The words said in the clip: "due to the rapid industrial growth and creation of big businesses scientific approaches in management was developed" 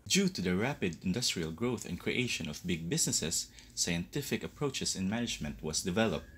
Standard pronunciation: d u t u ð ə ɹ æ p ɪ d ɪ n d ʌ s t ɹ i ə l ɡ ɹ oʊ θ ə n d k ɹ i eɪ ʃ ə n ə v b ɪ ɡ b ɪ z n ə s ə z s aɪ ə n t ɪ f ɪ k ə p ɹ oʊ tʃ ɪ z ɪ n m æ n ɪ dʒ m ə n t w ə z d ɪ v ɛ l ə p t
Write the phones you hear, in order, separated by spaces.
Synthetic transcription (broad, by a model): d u t u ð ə ɹ æ p ɪ d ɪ n d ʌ s t ɹ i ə l ɡ ɹ oʊ θ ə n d k ɹ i eɪ ʃ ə n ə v b ɪ ɡ b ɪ s n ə s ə s aɪ ə n t ɪ f ɪ k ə p ɹ oʊ tʃ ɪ s ɪ n m æ n ɪ dʒ m ə n t w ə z d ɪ v ɛ l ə p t